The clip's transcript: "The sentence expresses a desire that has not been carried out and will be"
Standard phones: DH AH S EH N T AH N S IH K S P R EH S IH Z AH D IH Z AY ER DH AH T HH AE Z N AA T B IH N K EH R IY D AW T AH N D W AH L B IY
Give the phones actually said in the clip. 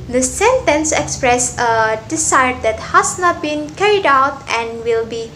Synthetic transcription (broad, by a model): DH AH S EH N T AH N S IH K S P R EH S AH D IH S AY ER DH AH T HH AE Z N AA T B IH N K EH R IY D AW T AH N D W AH L B IY